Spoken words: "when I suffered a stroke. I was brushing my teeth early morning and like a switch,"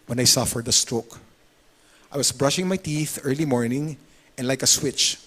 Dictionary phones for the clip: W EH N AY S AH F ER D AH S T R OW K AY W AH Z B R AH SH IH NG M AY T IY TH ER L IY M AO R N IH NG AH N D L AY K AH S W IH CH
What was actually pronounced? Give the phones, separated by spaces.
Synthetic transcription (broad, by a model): W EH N AY S AH F ER D AH S T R OW K AY W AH S B R AH SH IH NG M AY T IY TH ER L IY M AO R N IH NG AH N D L AY K AH S W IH CH